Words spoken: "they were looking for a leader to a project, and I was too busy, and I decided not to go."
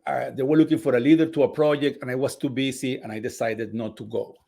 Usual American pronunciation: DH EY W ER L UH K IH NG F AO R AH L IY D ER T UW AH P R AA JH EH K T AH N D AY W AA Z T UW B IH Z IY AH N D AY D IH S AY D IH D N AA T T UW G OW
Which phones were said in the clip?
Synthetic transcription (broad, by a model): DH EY W ER L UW K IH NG F AO R AH L IY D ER T UW AH P R AA JH EH K T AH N AY W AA S T UW B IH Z IY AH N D AY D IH S AY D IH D N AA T T UW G OW